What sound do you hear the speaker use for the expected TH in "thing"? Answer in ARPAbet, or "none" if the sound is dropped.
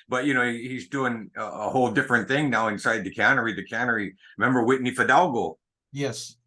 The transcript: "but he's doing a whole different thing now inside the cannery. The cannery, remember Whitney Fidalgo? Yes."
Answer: TH